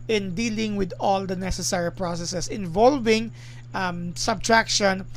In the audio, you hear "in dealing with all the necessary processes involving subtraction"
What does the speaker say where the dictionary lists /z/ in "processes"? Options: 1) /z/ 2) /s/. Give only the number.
2